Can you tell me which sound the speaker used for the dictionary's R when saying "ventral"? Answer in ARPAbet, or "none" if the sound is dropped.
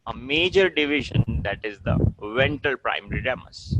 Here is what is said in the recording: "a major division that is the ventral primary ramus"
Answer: none